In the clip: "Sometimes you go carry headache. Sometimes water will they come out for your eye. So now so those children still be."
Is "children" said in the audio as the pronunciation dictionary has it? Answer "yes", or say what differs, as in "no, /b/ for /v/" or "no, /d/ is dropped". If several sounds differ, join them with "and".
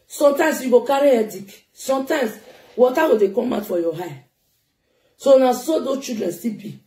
no, /l/ is dropped